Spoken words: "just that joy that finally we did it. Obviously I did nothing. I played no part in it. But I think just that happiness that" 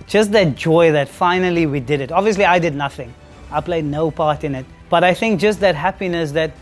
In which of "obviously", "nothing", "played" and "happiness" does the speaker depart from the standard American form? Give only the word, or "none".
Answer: none